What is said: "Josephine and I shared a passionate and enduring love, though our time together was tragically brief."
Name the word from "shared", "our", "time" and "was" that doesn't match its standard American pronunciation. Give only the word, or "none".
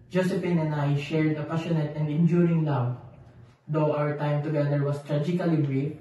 was